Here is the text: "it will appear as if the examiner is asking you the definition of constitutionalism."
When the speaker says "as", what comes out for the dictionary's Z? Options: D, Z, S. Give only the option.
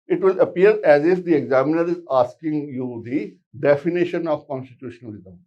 Z